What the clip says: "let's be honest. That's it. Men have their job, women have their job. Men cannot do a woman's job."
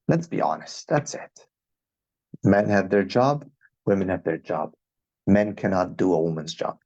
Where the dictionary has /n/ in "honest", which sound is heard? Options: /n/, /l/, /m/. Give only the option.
/n/